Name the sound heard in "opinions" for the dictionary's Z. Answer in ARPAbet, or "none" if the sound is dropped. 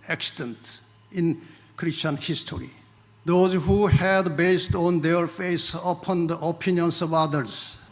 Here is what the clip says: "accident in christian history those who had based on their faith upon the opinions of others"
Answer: S